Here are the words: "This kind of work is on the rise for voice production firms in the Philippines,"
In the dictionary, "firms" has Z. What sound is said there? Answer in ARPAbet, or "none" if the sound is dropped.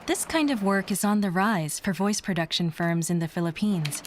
Z